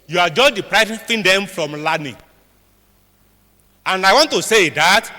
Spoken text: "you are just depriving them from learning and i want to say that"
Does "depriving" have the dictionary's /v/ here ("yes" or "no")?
no